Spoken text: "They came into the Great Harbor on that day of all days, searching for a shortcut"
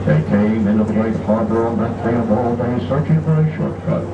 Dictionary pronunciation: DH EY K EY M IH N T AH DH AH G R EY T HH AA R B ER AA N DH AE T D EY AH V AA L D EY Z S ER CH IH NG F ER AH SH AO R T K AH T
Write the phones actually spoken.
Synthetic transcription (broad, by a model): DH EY K EY M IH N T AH DH AH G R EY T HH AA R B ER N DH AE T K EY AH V AA L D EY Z S ER CH IH NG F ER AH SH AO R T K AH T